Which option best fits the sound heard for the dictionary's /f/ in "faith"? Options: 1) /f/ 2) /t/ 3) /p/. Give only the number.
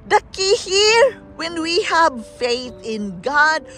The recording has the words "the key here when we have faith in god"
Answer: 1